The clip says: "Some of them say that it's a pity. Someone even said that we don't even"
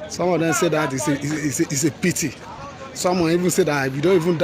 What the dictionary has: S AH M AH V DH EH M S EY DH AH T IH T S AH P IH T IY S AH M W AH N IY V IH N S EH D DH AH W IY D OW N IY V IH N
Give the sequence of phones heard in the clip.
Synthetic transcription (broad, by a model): S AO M AH V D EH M S EY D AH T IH S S AH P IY T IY S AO M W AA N IY V IH N S EH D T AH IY D OW N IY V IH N